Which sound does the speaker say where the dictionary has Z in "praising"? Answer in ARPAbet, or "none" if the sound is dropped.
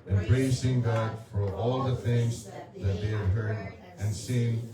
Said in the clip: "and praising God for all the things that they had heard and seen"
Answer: S